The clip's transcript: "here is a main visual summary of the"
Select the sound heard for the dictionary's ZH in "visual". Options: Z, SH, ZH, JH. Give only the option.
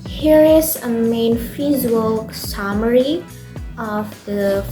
Z